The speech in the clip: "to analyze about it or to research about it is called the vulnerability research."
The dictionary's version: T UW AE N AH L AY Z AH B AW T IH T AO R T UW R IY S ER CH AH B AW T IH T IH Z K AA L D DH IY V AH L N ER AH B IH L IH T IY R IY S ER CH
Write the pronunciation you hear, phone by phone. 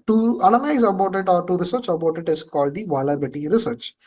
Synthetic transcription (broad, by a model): T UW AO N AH N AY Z AH B AW T IH T AO R T UW R IY S ER CH AH B AW T IH T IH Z K AA L D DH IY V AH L ER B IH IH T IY R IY S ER CH